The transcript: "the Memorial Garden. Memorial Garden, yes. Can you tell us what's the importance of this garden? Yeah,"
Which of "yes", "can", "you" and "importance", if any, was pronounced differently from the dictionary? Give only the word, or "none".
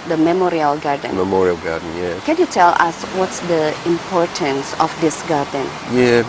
yes